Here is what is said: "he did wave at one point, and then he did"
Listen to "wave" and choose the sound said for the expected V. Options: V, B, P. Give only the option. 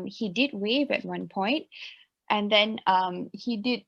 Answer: V